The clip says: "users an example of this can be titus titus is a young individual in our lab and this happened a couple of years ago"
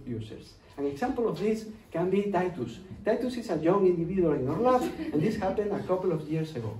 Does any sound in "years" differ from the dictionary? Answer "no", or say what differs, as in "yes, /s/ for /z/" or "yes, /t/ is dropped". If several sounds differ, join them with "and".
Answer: yes, /s/ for /z/